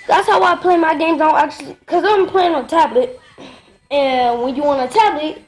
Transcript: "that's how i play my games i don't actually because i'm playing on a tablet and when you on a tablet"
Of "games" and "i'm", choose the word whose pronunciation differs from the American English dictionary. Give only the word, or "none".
none